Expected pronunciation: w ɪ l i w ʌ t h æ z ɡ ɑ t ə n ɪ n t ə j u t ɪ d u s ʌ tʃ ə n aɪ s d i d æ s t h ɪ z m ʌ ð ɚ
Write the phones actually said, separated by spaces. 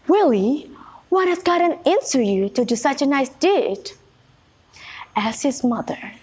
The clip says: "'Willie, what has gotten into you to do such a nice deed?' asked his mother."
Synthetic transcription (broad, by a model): w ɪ l i w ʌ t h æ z ɡ ɑ t ə n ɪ n s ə j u t ɪ d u s ʌ tʃ ə n aɪ s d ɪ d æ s h ɪ z m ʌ ð ɚ